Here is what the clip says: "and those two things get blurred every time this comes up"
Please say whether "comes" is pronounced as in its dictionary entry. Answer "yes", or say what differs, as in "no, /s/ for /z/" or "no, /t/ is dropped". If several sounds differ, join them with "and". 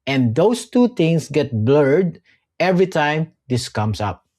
no, /s/ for /z/